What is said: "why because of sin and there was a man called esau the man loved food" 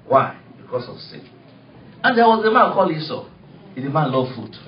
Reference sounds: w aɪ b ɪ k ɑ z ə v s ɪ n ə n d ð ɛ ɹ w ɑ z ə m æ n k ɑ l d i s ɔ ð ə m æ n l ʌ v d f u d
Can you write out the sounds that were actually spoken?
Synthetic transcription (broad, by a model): w aɪ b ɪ k ɑ s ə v s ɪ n ə n d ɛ w ɑ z ə m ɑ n k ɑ l i s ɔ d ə m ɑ n l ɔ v f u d